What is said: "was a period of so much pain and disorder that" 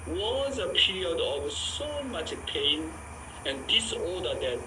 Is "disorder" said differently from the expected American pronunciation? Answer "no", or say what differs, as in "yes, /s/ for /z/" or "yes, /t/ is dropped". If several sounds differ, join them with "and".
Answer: yes, /l/ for /ɹ/